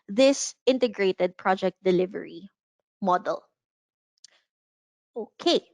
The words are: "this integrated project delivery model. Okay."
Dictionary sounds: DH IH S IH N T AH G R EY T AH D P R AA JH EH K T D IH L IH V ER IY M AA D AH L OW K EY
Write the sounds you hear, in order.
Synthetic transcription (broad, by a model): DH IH S IH N T AH G R EY T AH D P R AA JH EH K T D IH L IH V ER IY M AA D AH L OW K EY